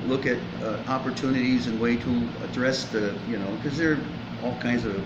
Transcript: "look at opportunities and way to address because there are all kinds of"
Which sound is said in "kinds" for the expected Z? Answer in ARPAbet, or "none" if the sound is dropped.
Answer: Z